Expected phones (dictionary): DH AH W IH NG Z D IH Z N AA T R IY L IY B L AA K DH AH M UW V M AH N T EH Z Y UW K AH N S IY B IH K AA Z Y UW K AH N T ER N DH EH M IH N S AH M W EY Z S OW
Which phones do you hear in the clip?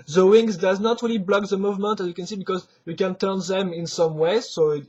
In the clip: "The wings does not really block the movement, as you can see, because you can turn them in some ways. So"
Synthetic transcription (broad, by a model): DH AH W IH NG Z D IH Z N AA T R IY L IY B L AA K DH AH M UW V M AH N T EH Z Y UW K AH N S IY B IH K AA Z Y UW K AH N T ER N DH EH M IH N S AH M W EY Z S OW